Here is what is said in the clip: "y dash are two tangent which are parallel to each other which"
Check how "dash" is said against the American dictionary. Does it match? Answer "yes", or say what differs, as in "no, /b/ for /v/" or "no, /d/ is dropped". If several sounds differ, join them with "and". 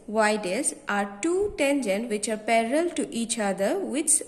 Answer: no, /s/ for /ʃ/